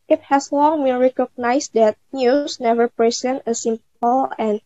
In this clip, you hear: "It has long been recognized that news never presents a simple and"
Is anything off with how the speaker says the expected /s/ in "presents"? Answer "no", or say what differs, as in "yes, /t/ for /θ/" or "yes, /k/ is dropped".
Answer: yes, /s/ is dropped